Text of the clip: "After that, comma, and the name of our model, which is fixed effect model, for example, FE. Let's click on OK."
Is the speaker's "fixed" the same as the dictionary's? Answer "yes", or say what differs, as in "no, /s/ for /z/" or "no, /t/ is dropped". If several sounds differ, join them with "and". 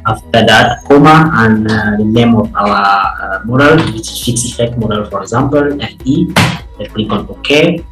no, /t/ is dropped